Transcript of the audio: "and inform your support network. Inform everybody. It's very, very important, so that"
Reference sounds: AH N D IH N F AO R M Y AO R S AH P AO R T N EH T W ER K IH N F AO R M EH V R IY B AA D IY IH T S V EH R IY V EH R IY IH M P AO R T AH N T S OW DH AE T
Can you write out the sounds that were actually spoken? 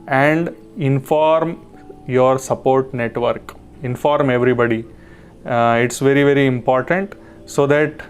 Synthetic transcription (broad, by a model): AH N D IH N F AO R M Y AO R S AH P AO R T N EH T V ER K IH N F AO R M EH V R IY B AA D IY IH T S V EH R IY V EH R IY IH M P AO R T AH N T S OW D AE T